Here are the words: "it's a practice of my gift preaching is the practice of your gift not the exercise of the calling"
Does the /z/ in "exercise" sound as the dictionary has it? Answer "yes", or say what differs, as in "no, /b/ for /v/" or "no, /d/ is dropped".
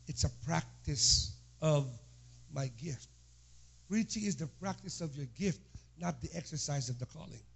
yes